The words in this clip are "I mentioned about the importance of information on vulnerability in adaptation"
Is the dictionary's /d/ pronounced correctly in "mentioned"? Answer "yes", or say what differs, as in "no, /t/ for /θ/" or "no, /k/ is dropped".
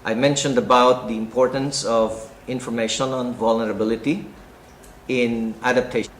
yes